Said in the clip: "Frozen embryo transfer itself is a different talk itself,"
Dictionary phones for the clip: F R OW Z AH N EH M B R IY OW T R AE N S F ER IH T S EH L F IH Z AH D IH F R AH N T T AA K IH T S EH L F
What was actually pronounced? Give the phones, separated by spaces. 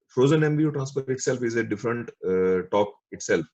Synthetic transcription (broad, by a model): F R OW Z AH N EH M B IY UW T R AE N S P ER IH T S EH L F IH Z AH D IH F R AH N T T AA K IH T S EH L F